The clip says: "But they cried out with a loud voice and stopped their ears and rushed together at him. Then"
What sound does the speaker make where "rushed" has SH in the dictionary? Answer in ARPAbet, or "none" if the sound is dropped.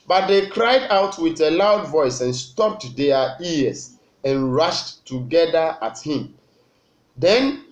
SH